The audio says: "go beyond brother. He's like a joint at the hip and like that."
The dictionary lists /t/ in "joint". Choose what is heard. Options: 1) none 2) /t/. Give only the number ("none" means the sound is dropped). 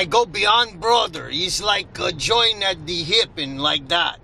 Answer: 1